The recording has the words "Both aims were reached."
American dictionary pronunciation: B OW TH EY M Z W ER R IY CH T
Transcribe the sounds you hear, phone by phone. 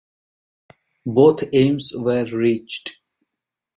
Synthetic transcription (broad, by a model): B OW T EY M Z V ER R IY CH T